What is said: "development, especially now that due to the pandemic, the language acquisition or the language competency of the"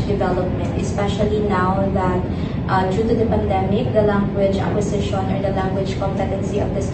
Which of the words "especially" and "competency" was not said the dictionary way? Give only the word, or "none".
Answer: none